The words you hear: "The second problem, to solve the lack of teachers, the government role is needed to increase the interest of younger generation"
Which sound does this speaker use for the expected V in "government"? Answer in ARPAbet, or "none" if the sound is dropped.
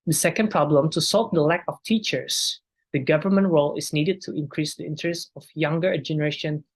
V